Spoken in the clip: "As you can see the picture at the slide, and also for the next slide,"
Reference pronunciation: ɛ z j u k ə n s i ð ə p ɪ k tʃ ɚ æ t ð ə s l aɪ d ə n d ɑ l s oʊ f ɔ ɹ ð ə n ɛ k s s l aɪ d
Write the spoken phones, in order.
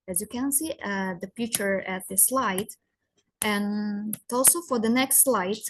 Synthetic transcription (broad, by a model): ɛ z j u k ə n s i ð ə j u tʃ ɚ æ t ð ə s l aɪ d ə n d ɑ l s oʊ f ɔ ɹ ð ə n ɛ k s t l aɪ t